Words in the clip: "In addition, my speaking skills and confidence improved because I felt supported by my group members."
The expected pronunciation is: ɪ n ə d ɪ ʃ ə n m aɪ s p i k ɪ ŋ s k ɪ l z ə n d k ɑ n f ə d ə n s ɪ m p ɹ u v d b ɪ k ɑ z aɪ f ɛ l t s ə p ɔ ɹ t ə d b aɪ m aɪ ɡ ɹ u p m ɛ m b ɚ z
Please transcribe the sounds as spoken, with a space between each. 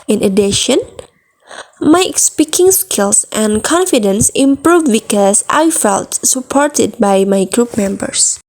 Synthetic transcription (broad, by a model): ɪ n ə d ɪ ʃ ə n m aɪ s p i k ɪ ŋ s k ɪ l s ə n k ɑ n f ə d ə n s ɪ m p ɹ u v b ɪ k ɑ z aɪ f ɛ l t s ə p ɔ ɹ t ə d b aɪ m aɪ ɡ ɹ u p m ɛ m b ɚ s